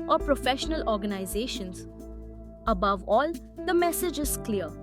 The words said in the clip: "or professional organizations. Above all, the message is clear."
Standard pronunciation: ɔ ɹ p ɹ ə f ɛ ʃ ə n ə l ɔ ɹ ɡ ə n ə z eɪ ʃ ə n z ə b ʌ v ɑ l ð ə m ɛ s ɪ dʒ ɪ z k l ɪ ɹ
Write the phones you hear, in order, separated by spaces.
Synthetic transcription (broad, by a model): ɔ ɹ p ɹ ə f ɛ ʃ ə n ə l ɔ ɹ ɡ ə n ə z eɪ ʃ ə n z ə b ʌ v ɑ l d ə m ɛ s ɪ dʒ ɪ z k l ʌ ɹ